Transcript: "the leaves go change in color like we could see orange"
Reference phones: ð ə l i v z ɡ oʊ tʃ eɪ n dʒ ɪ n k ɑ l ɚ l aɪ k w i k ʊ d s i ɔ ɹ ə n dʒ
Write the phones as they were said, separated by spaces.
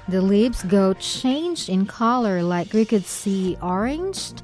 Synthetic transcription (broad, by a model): ð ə l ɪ b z ɡ oʊ tʃ eɪ n dʒ ɪ n k ɑ l ɚ l aɪ k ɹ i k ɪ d s i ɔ ɹ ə n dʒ